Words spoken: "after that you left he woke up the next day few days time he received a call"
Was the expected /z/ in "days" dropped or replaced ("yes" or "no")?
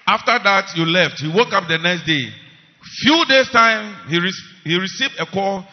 yes